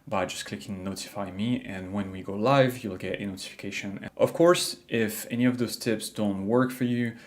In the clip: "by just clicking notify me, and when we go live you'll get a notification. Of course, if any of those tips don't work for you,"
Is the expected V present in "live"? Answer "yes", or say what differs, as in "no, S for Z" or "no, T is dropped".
yes